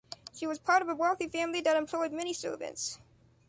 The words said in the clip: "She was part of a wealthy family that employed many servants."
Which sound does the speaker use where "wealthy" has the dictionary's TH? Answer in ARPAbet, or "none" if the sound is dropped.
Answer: TH